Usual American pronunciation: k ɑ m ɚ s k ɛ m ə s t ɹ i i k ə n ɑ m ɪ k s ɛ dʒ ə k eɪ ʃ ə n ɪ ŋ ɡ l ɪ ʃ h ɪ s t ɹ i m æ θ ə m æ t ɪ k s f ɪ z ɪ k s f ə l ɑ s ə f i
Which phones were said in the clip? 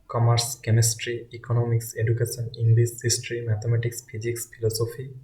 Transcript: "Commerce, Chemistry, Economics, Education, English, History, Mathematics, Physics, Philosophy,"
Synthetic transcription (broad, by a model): k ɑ m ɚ s k ɛ m ə s t ɹ i i k ə n ɑ m ɪ k s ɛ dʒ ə k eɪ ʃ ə n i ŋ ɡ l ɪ s h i s t ɹ i m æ t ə m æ t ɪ k s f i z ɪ k s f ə l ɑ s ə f i